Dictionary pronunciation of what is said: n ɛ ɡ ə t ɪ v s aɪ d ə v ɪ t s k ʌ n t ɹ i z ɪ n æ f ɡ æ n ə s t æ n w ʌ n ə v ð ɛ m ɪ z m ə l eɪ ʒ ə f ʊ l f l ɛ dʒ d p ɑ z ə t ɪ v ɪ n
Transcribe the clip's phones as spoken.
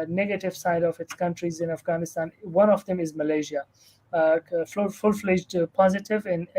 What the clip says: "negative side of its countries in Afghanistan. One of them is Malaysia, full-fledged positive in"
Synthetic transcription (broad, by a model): n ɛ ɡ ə t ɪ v s aɪ d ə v ɪ t s k ʌ n t ɹ i z ɪ n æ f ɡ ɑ n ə s t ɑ n w ʌ n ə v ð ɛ m ɪ z m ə l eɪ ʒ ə f ʊ l f l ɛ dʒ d p ɑ z ə t ɪ v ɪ n